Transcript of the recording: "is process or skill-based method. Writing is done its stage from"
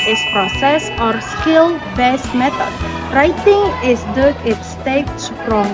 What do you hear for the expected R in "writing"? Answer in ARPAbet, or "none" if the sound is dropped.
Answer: R